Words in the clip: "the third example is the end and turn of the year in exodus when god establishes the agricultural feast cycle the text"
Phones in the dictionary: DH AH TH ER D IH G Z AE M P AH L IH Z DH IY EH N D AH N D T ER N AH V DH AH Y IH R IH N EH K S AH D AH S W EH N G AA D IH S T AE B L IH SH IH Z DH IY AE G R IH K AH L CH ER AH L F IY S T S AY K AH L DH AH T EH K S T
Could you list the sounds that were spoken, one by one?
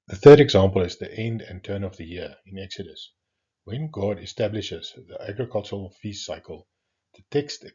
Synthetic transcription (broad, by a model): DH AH TH ER D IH G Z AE M P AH L IH Z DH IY EH N D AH N T ER N AH V DH AH Y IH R IH N EH K S AH D AH S W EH N G AA D IH S T AE B L IH SH IH Z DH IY AE G R IH K AH L CH ER AH L F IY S S AY K AH L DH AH T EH K S T